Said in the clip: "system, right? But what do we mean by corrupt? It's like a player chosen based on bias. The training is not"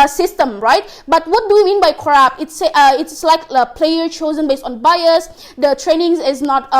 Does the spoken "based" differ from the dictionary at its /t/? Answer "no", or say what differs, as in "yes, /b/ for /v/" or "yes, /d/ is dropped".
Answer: no